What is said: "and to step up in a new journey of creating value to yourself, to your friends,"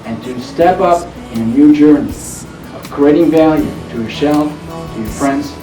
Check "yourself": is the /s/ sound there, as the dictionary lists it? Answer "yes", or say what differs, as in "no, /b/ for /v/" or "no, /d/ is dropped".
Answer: no, /ʃ/ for /s/